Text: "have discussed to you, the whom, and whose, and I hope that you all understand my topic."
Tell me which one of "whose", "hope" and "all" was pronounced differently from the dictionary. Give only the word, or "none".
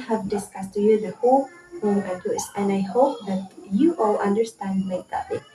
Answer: whose